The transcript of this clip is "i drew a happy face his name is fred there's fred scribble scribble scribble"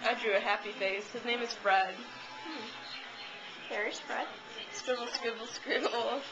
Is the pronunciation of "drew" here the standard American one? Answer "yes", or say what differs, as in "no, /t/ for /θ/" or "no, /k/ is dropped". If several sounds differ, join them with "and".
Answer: yes